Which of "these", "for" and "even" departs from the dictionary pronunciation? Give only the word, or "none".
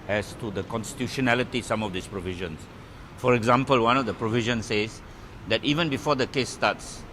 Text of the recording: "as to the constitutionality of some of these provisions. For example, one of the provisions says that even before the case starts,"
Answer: these